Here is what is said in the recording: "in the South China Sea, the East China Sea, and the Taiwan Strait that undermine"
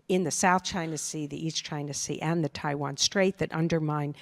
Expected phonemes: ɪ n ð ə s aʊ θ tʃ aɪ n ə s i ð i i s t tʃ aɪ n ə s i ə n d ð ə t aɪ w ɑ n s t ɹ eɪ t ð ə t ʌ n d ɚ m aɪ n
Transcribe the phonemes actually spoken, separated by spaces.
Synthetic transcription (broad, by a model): ɪ n ð ə s aʊ θ tʃ aɪ n ə s i ð i i s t tʃ aɪ n ə s i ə n ð ə t aɪ w ɑ n s t ɹ eɪ t ð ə t ʌ n d ɚ m aɪ n